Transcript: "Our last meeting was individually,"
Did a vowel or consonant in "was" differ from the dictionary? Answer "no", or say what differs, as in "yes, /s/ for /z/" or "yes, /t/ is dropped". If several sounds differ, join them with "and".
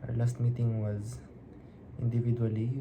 no